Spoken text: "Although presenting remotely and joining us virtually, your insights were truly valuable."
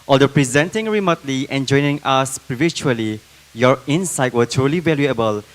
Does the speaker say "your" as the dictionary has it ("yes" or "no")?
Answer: yes